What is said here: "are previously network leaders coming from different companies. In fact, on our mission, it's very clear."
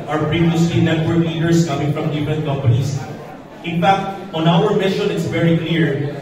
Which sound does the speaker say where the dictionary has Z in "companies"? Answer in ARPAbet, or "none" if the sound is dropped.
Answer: S